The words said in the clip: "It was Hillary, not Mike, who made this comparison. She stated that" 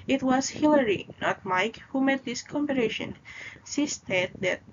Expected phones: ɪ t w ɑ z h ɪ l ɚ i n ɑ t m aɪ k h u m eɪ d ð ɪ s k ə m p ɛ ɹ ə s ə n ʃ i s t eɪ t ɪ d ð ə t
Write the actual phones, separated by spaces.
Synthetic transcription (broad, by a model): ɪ t w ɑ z h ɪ l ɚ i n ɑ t m aɪ k h u m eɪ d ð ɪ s k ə m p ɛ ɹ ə ʃ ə n s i s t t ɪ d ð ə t